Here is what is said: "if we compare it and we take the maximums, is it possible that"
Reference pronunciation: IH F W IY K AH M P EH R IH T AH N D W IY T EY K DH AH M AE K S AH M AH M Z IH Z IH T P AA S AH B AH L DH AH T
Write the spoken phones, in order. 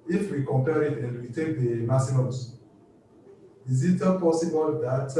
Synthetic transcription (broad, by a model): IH F W IY K AH M P EH R IH T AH N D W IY T EY K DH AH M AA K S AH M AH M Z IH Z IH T P AA S AH B AH L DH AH T